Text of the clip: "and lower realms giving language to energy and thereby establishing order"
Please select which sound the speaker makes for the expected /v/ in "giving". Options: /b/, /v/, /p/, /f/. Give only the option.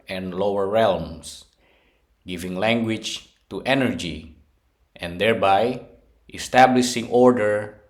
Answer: /v/